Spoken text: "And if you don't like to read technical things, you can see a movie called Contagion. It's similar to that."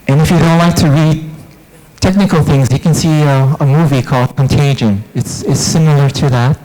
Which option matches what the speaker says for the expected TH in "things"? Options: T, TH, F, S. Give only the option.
TH